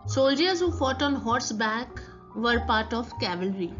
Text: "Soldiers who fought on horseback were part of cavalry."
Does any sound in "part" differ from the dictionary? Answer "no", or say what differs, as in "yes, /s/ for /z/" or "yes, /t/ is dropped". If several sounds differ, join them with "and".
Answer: no